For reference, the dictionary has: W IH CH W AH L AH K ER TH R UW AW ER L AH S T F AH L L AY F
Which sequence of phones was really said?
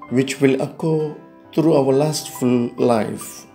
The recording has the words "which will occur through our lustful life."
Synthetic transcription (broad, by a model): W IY CH W AH L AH K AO T R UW AW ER L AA S T F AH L L AY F